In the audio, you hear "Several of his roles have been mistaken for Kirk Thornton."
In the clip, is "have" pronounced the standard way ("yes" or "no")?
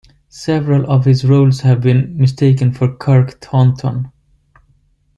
yes